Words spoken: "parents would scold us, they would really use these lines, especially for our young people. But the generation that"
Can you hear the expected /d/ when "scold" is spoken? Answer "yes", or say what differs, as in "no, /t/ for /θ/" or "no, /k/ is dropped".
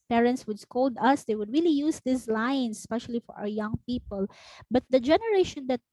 yes